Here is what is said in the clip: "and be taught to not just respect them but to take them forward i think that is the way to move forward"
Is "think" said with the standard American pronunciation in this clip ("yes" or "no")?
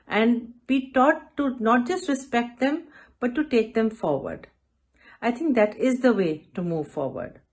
no